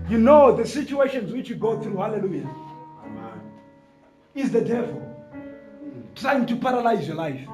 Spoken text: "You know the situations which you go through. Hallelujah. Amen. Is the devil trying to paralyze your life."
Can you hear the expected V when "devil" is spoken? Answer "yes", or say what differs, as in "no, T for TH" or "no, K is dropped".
yes